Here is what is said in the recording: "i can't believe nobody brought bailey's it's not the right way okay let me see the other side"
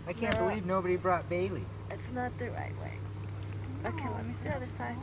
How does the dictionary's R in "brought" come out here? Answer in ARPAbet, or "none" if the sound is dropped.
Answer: R